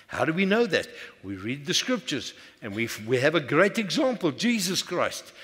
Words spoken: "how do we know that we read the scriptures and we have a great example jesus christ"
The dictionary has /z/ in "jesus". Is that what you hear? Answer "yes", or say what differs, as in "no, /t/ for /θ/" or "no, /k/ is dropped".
yes